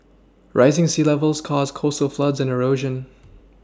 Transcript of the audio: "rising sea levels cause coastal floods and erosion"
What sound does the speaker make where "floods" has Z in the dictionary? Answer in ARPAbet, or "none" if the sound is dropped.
Z